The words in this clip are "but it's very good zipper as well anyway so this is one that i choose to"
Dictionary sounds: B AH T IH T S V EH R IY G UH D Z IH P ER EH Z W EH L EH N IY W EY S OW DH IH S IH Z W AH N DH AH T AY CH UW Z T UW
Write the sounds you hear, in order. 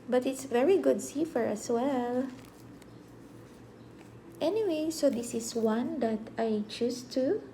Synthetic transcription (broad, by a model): B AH T IH T S V EH R IY G UH D S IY F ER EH S W EH L EH N IY W EY S OW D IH S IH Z W AH N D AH T AY CH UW S T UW